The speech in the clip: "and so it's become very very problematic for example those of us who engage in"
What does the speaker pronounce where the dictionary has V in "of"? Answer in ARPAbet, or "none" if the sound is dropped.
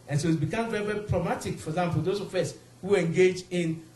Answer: F